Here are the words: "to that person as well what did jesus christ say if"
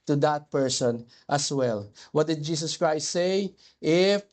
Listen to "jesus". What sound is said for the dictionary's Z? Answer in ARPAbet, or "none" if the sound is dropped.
S